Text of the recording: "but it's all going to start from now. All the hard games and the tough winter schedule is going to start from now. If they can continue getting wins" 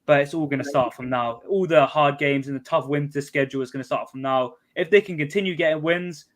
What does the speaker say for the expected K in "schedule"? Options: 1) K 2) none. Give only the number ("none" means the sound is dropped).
1